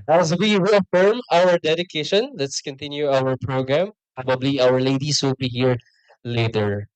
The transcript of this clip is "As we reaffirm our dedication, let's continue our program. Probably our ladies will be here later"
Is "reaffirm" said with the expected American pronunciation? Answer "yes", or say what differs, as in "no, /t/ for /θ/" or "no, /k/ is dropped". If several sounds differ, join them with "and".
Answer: no, /w/ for /ɹ/